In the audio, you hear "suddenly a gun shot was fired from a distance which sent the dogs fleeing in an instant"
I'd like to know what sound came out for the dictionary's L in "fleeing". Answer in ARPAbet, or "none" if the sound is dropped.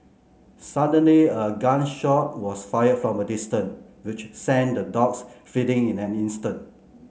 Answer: none